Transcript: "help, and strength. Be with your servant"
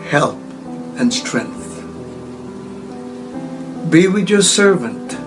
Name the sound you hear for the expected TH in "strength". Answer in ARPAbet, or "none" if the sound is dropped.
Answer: TH